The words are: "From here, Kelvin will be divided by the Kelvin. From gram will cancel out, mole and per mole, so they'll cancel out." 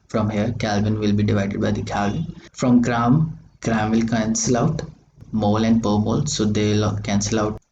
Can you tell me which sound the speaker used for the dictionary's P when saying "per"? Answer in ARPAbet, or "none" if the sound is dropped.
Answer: P